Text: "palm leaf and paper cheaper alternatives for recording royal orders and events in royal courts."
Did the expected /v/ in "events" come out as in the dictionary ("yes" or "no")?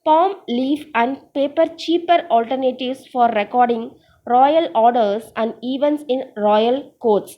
yes